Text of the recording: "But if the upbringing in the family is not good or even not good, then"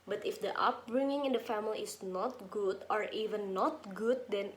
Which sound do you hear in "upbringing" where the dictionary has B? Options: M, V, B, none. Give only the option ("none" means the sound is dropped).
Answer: none